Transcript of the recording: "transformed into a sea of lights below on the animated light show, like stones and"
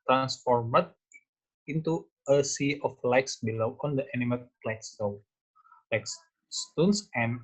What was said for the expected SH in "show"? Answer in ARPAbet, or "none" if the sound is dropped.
S